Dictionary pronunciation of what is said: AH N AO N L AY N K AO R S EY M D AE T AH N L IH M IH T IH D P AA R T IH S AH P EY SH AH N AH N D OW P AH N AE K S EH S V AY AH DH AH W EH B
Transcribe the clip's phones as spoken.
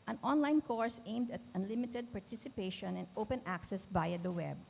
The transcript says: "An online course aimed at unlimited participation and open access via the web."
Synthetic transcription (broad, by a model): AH N AO N L AY N K AO R S EY M D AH T AH N L IH M IH T IH D P AA R T IH S AH P EY SH AH N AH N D OW P AH N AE K S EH S B AY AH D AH W EH B